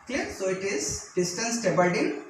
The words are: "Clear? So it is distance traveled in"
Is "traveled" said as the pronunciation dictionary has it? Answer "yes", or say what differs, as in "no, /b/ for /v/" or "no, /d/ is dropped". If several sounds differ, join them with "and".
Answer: no, /ɹ/ is dropped and /b/ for /v/